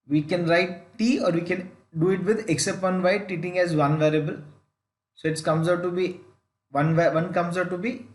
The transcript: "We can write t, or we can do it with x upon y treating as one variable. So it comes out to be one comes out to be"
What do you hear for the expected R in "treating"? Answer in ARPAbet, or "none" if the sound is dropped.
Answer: none